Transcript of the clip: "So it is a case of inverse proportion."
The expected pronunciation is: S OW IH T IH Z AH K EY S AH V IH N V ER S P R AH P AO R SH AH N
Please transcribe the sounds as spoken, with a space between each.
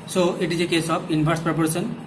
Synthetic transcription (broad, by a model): S OW IH T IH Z AH K EY S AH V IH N B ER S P R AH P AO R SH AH N